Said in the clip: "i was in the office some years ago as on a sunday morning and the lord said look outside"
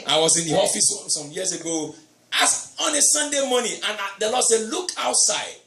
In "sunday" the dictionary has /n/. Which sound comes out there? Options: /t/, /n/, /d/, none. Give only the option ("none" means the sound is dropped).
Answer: /n/